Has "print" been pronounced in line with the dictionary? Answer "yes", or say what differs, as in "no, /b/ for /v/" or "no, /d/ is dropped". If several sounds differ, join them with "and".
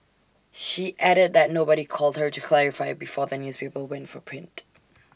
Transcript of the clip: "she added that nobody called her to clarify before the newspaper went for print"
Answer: yes